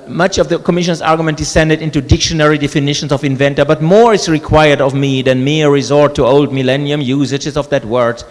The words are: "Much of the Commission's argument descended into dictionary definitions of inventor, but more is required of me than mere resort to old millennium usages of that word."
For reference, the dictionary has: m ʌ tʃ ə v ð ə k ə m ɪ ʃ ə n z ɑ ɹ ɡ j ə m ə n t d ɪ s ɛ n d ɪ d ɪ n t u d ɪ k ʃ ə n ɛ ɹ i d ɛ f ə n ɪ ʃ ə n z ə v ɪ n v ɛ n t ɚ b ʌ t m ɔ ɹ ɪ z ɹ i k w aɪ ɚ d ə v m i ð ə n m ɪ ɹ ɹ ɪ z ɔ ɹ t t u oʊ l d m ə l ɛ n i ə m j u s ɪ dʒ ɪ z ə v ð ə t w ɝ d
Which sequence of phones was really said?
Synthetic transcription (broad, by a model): m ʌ tʃ ə v ð ə k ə m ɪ ʃ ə n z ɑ ɹ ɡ j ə m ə n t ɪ s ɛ n d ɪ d ɪ n t u d ɪ k ʃ ə n ɛ ɹ i d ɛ f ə n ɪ ʃ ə n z ə v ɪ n v ɛ n t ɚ b ʌ t m ɔ ɹ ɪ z ɹ i k w aɪ ɚ d ə v m i ð ə n m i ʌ ɹ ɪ z ɔ ɹ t t u oʊ l d m ə l ɛ n i ə m j u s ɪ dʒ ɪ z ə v ð ə t w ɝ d